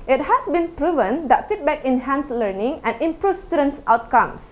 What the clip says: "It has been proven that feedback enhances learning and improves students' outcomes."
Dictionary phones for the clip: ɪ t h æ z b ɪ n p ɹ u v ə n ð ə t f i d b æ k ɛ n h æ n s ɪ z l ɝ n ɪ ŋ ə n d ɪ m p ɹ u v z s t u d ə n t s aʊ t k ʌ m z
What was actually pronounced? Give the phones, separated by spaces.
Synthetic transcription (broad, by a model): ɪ t h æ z b ɪ n p ɹ u v ə n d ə t f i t b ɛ k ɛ n h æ n s l ɝ n ɪ ŋ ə n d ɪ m p ɹ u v s t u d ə n s aʊ t k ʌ m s